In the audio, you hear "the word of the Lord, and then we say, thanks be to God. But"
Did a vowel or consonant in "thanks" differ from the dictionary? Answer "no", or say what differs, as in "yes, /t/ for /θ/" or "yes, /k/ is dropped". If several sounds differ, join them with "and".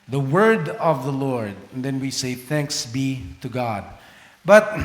no